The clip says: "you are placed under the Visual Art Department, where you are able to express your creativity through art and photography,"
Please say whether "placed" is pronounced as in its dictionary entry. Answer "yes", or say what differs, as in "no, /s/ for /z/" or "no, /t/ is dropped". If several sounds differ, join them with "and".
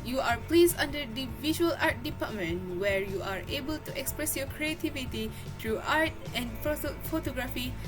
no, /t/ is dropped